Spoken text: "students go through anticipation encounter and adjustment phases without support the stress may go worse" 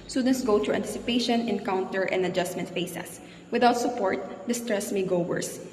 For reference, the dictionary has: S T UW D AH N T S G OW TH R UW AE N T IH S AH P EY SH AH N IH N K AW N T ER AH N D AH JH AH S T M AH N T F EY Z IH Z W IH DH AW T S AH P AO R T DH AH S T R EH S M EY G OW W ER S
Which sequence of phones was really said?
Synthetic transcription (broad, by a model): S T UW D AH N T S G OW T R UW AE N T IH S AH P EY SH AH N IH N K AW N T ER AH N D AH JH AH S T M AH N T F EY S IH S W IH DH AW T S AH P AO R T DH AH S T R EH S M EY G OW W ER S